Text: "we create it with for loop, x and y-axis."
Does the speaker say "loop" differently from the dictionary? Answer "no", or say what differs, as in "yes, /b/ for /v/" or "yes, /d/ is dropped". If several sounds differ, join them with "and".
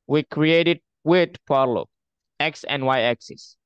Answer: yes, /p/ is dropped